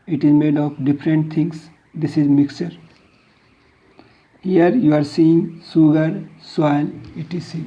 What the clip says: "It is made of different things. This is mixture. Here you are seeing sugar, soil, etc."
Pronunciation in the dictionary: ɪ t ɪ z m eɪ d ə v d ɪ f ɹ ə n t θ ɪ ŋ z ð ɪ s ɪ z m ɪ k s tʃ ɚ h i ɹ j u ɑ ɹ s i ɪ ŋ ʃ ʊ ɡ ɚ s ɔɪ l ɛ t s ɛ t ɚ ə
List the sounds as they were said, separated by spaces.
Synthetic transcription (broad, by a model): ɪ t ɪ z m eɪ d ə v d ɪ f ɹ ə n t t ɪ ŋ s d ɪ s ɪ z m ɪ k s tʃ ɚ h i ɹ j u ɑ ɹ s i ɪ ŋ s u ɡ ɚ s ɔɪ n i t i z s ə